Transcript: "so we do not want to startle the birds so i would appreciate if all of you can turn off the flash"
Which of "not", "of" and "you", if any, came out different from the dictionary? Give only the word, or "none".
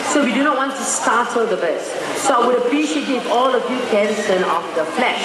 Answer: of